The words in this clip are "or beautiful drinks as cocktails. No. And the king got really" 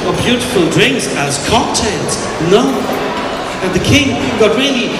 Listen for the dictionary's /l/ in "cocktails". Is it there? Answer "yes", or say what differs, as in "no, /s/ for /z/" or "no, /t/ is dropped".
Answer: no, /n/ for /l/